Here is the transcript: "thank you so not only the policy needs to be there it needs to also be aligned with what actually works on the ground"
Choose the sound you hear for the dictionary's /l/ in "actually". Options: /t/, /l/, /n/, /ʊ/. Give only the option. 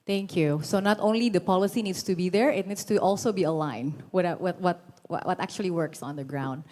/l/